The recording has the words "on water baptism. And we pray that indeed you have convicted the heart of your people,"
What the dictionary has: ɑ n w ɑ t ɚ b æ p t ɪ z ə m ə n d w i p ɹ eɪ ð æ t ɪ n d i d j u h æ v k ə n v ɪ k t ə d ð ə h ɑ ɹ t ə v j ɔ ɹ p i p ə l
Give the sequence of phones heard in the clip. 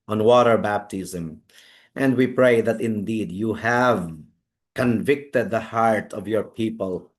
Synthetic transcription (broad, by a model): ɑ n w ɑ t ɚ b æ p t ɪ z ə m ə n d w i p ɹ eɪ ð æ t ɪ n d i d j u h æ v k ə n v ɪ k t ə d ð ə h ɑ ɹ t ə v j ɔ ɹ p i p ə l